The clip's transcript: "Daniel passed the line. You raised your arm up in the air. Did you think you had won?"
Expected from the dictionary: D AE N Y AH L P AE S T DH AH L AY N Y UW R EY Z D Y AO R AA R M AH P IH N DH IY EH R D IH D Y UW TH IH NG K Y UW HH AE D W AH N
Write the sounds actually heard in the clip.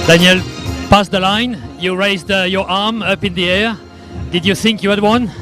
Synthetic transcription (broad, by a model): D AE N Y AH L P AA S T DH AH L AY N Y UW R EY Z D Y AO R AA R M AH P IH N DH IY EH R D IH D Y UW TH IH NG K Y UW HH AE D W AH N